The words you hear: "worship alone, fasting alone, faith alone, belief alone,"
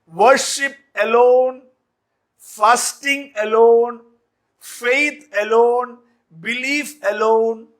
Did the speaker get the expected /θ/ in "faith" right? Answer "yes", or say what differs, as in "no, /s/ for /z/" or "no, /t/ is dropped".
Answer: no, /t/ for /θ/